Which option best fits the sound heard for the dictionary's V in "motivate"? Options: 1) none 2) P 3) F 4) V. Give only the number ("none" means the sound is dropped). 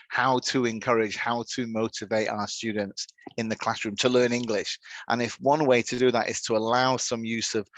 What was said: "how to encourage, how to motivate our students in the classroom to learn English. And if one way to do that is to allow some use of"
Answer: 4